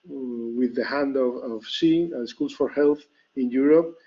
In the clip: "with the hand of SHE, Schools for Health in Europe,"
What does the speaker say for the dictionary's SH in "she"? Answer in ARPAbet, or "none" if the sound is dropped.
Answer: S